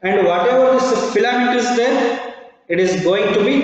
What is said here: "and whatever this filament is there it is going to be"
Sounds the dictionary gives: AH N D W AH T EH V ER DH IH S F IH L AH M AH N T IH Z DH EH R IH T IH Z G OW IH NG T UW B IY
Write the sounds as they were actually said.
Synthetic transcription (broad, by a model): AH N D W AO T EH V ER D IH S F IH L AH M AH T IH Z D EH R IH T IH Z G OW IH NG T UW B IY